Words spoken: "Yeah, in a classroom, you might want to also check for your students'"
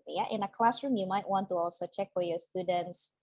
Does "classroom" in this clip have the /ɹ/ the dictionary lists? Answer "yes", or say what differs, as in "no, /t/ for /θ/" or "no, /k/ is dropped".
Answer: yes